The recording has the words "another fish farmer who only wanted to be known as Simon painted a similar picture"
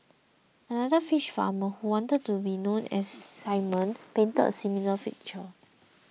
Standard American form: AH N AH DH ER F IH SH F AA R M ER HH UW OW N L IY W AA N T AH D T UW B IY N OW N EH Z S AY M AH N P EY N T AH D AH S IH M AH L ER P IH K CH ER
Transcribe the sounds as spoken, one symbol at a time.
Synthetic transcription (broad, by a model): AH N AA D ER F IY SH F AA M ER HH UW W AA N T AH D T UW B IY N OW N EH S AY M AH N P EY N T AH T AH S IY M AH L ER F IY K CH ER